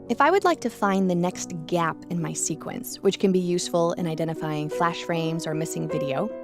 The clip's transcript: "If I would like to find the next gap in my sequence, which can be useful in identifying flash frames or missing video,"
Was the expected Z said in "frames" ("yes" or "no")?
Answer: yes